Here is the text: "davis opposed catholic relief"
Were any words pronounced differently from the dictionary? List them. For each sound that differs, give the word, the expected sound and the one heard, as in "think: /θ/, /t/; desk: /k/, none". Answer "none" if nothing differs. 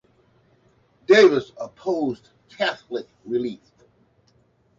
none